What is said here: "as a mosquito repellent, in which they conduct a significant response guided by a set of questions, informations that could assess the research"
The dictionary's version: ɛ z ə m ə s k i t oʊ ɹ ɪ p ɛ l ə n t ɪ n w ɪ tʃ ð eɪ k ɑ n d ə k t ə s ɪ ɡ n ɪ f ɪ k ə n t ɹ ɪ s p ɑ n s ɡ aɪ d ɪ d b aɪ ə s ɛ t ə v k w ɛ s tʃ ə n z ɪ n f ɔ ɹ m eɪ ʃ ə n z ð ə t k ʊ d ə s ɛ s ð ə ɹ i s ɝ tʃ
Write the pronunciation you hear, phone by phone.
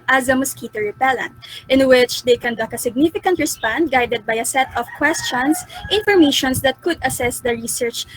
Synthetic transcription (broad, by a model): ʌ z ə m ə s k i t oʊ ɹ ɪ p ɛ l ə n t ɪ n w ɪ tʃ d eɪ k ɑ n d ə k ə s ɪ ɡ n ɪ f ɪ k ə n t ɹ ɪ s p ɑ n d ɡ aɪ d ɪ d b aɪ ə s ɛ t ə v k w ɛ s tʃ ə n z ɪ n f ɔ ɹ m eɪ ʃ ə n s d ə t k ʊ d ə s ɛ s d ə ɹ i s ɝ tʃ